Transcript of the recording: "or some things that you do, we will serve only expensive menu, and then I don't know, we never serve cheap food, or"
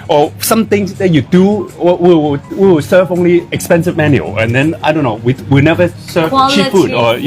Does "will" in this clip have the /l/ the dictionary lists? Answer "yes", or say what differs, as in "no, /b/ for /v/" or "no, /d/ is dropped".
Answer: no, /w/ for /l/